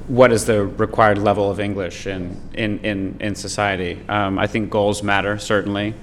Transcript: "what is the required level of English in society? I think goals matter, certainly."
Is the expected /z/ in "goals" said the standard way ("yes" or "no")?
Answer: yes